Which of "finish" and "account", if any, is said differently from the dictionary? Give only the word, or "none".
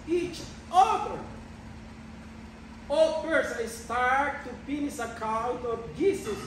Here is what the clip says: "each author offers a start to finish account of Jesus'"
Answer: finish